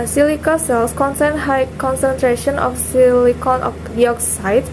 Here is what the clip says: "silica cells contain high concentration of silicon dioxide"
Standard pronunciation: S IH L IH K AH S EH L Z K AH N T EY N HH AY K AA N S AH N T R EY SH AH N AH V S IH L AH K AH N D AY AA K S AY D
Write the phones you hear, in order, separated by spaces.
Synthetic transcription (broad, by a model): S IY L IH K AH S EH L S K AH N S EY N HH AY K AA N S AH N T R EY SH AH N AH F S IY L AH K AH N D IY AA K S AY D